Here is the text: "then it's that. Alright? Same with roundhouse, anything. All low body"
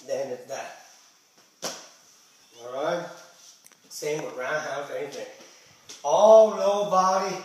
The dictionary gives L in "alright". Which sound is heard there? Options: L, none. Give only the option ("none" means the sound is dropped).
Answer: none